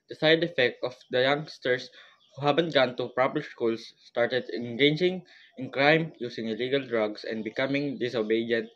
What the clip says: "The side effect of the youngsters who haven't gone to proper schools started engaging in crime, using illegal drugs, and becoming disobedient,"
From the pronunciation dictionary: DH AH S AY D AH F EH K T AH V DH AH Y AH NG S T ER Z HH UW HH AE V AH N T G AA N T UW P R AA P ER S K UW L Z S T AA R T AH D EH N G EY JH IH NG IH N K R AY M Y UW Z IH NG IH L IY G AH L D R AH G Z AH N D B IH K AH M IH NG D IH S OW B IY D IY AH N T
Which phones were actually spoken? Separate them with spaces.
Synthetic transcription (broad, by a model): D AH S AY D AH F EH K T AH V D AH Y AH NG S T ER S HH UW HH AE B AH N T G AA N T UW P R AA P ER S K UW L S T AA R T AH D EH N G EY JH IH NG IH N K R AY M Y UW S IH NG IH L IY G AH L D R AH G S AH N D B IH K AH M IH NG D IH S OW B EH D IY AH N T